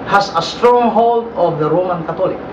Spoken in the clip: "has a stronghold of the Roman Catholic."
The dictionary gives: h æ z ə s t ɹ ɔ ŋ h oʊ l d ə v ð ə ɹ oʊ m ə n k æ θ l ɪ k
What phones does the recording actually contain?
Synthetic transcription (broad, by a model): h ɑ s ə s t ɹ ɔ ŋ h oʊ l d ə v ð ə ɹ oʊ m ə n k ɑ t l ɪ k